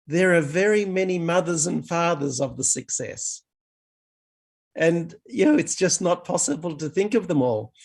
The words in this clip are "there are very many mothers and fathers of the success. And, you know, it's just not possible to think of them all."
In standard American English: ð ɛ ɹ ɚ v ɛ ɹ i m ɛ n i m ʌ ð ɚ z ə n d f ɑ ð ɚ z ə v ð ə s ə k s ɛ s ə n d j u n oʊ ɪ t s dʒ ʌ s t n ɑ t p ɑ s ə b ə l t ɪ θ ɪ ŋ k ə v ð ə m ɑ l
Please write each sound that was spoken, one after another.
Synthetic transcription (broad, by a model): ð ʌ ɹ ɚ v ɛ ɹ i m ɛ n i m ʌ ð ɚ z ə n f ɑ ð ɚ z ə v ð ə s ə k s ɛ s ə n j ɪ n oʊ ɪ t s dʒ ʌ s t n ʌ t p ɑ s ə b ə l t ɪ θ ɪ ŋ k ə v ð ə m ɑ l